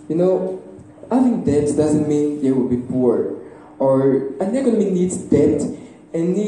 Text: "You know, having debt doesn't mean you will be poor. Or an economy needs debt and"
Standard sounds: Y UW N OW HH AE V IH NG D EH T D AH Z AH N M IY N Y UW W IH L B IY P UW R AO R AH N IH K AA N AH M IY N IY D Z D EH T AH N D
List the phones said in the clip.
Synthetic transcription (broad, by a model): Y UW N OW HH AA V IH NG D EH T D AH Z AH N M IY N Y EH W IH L B IY P UW R AO R AH N IH K AA N AH M IY N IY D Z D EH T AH N